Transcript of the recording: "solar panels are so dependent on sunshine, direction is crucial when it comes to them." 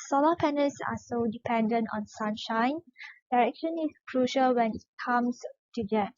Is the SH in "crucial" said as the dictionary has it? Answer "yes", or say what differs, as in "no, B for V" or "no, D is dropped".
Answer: yes